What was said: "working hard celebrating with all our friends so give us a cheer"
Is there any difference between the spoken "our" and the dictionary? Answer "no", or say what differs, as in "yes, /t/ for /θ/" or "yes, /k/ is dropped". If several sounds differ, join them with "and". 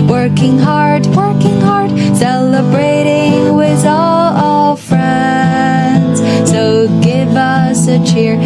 yes, /l/ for /ɹ/